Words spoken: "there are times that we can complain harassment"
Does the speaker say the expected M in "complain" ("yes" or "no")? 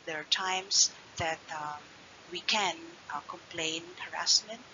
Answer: yes